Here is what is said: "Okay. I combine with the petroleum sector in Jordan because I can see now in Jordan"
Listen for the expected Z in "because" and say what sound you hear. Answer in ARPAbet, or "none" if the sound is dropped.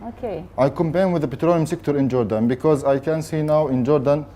Z